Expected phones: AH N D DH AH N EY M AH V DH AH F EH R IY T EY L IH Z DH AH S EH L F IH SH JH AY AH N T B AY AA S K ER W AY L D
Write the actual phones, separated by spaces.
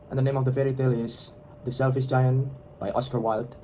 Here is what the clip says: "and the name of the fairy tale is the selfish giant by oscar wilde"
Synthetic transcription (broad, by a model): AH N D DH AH N EY M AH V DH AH F EH R IY T EY L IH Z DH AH S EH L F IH S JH AY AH N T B AY AA S K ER W AY L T